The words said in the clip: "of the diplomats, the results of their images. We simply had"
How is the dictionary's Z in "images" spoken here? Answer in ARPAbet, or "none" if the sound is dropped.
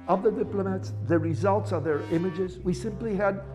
Z